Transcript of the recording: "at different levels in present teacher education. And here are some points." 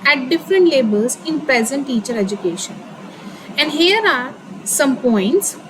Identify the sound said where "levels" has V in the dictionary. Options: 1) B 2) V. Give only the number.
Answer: 1